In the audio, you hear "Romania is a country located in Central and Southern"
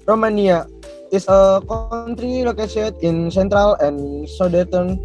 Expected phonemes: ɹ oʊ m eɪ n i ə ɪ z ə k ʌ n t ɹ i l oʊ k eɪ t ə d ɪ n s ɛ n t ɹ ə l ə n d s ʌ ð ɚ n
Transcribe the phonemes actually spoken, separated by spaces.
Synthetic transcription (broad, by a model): ɹ oʊ m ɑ n i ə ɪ s ə k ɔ n t ɹ i l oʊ k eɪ s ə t ɪ n s ɛ n t ɹ ə l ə n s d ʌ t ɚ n